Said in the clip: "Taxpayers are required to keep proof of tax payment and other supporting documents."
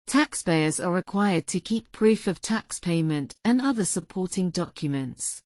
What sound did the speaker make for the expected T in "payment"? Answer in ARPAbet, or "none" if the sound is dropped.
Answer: T